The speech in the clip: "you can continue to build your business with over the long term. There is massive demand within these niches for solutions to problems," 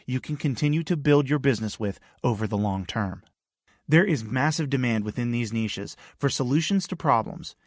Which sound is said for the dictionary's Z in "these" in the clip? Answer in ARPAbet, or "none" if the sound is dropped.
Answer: Z